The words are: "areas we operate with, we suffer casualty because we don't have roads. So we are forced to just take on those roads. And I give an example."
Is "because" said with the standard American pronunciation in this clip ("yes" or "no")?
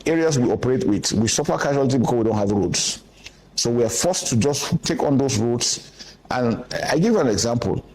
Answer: no